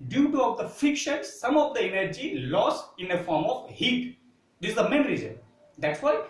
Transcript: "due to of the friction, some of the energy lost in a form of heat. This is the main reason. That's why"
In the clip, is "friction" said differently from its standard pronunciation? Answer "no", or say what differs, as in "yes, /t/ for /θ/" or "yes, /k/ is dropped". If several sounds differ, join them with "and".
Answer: yes, /ɹ/ is dropped